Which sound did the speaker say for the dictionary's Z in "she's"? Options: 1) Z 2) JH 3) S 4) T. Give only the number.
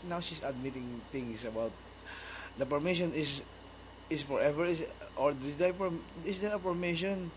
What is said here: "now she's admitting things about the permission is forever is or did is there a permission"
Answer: 3